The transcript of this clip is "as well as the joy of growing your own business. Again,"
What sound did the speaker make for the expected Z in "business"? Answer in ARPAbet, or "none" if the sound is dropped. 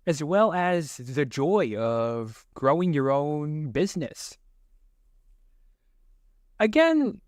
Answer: Z